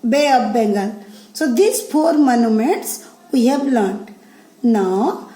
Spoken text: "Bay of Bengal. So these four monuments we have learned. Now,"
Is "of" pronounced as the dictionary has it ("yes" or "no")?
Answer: no